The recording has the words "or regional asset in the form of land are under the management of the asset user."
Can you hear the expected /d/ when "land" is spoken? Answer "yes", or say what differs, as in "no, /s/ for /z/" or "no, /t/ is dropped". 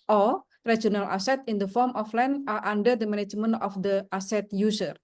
no, /d/ is dropped